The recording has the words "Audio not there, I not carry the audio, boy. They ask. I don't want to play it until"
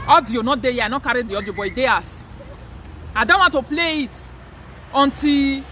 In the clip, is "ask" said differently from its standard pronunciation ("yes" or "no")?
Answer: yes